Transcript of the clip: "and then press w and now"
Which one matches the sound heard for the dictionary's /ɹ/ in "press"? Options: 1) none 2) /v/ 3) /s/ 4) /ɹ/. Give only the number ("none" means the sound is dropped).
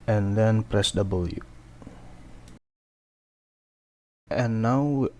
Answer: 4